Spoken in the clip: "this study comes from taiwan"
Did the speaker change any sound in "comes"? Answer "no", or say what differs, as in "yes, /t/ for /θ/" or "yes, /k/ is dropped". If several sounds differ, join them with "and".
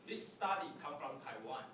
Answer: yes, /z/ is dropped